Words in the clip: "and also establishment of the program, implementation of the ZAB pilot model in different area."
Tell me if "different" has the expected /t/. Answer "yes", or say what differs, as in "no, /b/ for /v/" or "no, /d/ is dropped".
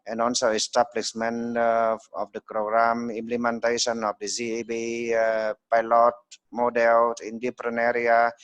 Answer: no, /t/ is dropped